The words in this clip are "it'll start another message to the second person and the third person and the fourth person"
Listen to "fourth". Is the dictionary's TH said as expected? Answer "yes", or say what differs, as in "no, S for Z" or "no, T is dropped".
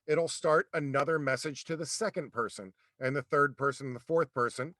yes